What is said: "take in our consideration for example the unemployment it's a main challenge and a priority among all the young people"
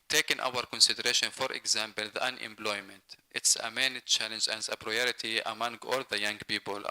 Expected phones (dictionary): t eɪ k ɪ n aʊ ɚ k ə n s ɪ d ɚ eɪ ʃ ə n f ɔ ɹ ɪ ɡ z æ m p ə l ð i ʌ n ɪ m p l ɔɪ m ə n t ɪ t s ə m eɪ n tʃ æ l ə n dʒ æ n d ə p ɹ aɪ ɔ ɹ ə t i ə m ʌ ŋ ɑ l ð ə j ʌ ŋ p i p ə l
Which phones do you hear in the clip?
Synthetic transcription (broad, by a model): t eɪ k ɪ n aʊ ɚ k ə n s ɪ d ɚ eɪ ʃ ə n f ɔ ɹ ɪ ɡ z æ m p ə l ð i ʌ n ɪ m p l ɔɪ m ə n t ɪ t s ə m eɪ n tʃ æ l ə n dʒ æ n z ə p ɹ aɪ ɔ ɹ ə t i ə m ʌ ŋ ɑ l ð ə j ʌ ŋ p i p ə l